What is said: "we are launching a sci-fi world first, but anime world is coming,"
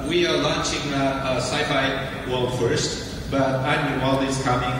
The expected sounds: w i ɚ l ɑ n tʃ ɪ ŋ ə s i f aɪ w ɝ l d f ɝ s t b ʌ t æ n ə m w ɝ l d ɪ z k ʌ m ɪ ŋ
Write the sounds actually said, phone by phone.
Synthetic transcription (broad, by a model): w i ɚ l ɑ n tʃ ɪ ŋ ə s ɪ f aɪ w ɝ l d f ɝ s t b ʌ t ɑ ə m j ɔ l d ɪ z k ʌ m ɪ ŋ